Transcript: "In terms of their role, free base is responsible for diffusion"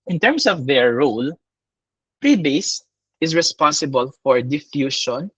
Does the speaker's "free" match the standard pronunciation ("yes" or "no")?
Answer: no